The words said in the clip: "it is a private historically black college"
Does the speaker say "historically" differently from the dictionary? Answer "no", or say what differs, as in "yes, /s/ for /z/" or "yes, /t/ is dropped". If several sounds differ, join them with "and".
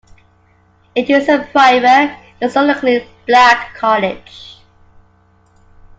yes, /l/ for /ɹ/